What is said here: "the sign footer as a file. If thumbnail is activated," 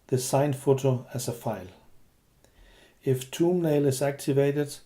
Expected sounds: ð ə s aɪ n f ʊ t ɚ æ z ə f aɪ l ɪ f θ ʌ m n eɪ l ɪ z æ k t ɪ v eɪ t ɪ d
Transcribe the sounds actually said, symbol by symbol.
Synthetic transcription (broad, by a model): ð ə s aɪ n f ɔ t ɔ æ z ə f aɪ l ɪ f t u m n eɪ l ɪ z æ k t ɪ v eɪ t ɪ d